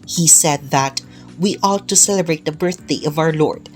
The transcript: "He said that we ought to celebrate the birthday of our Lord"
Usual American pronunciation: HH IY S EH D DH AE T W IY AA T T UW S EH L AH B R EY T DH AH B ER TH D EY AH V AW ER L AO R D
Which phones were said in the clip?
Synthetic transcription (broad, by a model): HH IY S EH D DH AE T W IY AA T T UW S EH L AH B R EY T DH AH B ER TH D EY AH V AW ER L AO R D